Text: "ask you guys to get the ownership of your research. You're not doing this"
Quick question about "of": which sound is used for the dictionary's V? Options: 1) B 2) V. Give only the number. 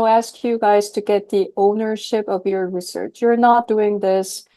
2